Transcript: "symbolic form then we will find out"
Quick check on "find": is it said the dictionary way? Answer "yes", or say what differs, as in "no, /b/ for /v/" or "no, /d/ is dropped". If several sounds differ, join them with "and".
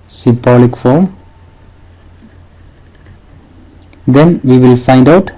yes